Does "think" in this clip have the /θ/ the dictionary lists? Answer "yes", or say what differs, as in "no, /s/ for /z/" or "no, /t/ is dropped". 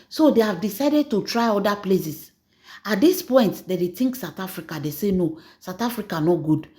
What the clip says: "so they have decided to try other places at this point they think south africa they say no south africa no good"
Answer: no, /t/ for /θ/